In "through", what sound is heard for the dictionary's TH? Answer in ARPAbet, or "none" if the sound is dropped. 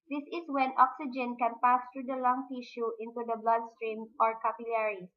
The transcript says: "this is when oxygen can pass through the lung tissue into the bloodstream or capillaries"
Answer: T